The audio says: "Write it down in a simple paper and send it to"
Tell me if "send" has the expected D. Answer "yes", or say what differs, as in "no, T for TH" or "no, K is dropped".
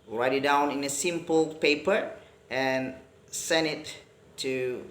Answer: no, D is dropped